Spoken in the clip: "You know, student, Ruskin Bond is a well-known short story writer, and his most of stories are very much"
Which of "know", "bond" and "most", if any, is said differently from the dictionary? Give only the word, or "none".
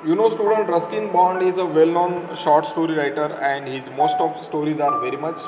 none